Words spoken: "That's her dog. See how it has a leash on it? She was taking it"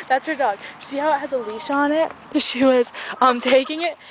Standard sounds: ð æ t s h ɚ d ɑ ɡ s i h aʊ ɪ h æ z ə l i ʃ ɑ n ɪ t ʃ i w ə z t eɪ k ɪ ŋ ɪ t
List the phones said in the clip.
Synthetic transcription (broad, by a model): ð æ t s h ɚ d ɑ ɡ ʃ i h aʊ ɪ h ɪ z ə l i ʃ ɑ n ɪ t ʃ i w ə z t eɪ k ɪ ŋ ɪ t